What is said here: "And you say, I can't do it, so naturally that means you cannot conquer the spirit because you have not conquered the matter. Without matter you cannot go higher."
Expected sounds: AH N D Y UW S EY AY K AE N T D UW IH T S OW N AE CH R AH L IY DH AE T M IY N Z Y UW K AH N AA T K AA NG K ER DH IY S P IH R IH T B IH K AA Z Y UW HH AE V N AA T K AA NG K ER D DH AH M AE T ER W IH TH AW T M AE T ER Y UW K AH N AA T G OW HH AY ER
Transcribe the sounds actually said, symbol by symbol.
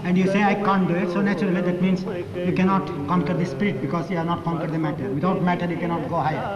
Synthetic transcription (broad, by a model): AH N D Y UW S EY AY K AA N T D UW IH T S OW N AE CH R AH L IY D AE T M IY N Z Y UW K AH N AA T K AA NG K ER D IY S P IH R IH T B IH K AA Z Y UW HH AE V N AA T K AA NG K ER D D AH M AE T ER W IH T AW T M AE T ER Y UW K AH N AA T G OW HH AY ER